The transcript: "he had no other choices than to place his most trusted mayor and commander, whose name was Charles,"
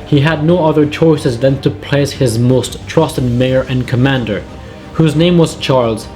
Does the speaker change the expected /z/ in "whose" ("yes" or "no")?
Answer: no